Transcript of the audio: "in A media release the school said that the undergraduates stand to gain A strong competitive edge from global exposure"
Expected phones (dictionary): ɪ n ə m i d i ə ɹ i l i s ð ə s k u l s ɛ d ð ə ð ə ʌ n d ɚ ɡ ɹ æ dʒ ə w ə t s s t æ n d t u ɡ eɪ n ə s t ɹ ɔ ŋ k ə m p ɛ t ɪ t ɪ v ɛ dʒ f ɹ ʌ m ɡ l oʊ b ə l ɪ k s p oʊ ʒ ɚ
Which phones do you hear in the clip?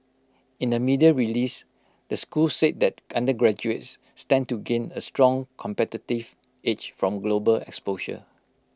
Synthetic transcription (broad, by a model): ɪ n ə m i d i ə ɹ i l i s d ə s k u l s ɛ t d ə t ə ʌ n d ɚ ɡ ɹ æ dʒ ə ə t s s t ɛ n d t u ɡ eɪ n ə s t ɹ ɔ ŋ k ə m p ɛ t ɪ t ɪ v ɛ tʃ f ɹ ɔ m ɡ l oʊ b ə l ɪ k s p oʊ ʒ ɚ